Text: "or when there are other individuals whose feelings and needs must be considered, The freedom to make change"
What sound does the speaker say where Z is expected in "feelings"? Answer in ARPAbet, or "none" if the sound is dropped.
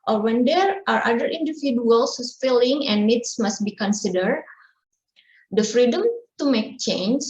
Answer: none